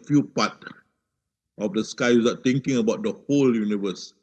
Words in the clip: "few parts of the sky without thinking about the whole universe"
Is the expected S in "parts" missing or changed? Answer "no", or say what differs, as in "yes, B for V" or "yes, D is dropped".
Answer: yes, S is dropped